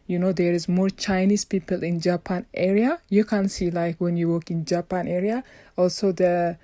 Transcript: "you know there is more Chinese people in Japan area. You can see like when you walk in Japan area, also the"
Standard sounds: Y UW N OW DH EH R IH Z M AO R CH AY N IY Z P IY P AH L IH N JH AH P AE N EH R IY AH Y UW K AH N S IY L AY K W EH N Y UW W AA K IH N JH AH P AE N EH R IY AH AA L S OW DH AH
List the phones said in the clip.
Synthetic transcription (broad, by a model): Y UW N OW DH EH R IH Z M AO R CH AY N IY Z P IY P AH L IH N JH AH P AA N EH R IY AH Y UW K AH N S IY L AY K W EH N Y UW W AA K IH N JH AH P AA N EH R IY AH AA L S OW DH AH